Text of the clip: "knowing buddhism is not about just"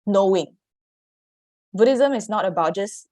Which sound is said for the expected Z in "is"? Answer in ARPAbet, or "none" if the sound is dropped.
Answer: S